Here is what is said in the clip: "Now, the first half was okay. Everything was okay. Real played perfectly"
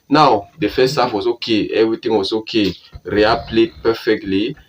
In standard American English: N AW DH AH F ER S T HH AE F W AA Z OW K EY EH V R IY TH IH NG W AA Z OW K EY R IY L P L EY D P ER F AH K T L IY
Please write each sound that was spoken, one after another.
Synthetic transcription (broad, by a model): N AW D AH F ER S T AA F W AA S OW K EY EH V R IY T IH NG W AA S OW K EY R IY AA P L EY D P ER F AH K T L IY